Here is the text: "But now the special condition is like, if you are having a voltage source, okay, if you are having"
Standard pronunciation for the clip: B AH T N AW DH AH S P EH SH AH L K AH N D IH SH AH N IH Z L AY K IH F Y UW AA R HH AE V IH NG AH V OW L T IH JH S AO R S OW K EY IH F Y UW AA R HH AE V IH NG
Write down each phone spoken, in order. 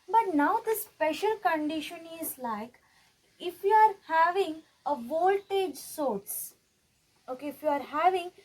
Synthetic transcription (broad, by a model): B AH T N AW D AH S P EH SH AH L K AH N D IH SH AH N IH Z L AY K IH F Y UW AA R HH AE V IH NG AH V OW L T IH JH S AO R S OW K EY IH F Y UW AA R HH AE V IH NG